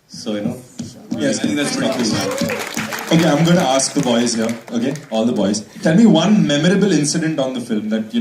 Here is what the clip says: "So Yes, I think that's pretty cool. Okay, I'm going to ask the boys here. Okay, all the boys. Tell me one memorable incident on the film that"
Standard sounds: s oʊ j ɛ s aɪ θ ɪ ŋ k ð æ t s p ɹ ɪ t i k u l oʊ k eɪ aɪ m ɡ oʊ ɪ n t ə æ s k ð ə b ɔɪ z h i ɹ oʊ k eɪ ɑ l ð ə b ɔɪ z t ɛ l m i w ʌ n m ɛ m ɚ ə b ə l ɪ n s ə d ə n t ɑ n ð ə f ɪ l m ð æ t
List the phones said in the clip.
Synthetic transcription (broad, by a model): s oʊ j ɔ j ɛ s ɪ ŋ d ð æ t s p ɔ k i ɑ oʊ k eɪ aɪ m ɡ oʊ ɪ n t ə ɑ s k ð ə b ɔɪ z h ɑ oʊ k eɪ ɑ l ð ə b ɔɪ z t ɛ l m i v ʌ n m ɛ m ɚ ə b ə l ɪ n s ə d ə n t ɑ n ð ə f ɪ l m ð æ t